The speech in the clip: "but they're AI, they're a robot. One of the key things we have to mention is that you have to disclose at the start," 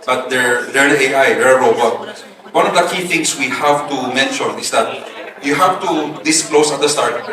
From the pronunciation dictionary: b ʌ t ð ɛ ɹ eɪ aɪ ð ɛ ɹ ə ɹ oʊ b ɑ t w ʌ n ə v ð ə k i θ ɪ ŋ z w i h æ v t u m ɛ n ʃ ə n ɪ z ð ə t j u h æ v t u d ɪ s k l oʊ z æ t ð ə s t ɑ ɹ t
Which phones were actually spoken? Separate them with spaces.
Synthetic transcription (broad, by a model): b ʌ t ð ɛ ɹ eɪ aɪ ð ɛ ɹ ə ɹ oʊ b ɑ t w ʌ n ə v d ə k i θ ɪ ŋ s w i h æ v t u m ɛ n ʃ ə n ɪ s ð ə t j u h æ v t u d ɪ s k l oʊ s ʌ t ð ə s t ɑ ɹ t